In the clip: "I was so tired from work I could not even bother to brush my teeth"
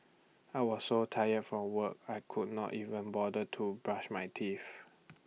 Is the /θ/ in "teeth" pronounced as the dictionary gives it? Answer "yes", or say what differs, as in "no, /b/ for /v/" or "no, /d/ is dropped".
no, /f/ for /θ/